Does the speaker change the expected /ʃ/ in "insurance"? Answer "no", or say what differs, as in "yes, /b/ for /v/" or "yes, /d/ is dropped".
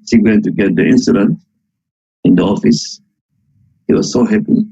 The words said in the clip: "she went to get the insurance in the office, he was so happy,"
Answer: yes, /s/ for /ʃ/